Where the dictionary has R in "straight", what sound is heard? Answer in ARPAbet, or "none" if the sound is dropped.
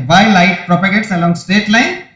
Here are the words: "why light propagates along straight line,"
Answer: none